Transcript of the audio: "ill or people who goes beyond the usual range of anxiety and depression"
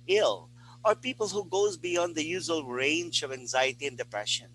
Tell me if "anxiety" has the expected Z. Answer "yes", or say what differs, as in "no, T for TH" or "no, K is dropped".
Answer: yes